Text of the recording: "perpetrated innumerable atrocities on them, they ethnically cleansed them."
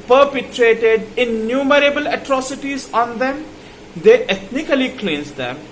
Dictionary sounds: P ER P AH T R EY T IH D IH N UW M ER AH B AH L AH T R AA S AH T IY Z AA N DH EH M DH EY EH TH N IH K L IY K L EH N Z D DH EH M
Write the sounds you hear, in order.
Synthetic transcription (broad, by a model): P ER P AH T R EY T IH D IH N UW M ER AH B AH L AH T R AA S AH T IY Z AA N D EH M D EY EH T N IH K L IY K L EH N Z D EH M